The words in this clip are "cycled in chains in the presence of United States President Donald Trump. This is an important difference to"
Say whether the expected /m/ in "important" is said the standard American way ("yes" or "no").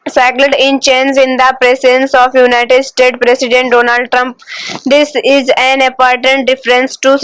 no